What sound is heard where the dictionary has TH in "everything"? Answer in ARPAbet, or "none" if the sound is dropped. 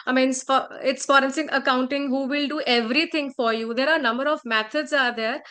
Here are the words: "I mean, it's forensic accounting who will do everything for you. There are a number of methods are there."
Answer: T